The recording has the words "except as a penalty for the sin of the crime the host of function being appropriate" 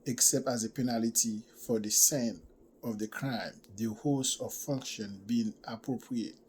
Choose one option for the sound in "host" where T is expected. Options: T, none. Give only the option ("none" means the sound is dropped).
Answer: none